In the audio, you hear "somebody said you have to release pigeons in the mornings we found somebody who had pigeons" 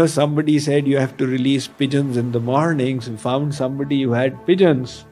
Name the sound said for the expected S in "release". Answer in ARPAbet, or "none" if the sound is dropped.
S